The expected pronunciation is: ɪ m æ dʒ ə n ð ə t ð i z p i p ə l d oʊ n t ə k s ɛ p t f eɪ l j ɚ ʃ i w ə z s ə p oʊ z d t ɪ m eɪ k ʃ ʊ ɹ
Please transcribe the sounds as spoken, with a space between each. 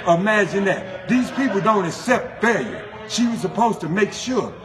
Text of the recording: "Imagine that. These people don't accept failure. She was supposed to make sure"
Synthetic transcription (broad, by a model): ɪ m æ dʒ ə n ð ə t ð i z p i p l d oʊ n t ə k s ɛ p t f eɪ l j ɚ ʃ i w ə z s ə p oʊ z t ɪ m eɪ k ʃ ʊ ɹ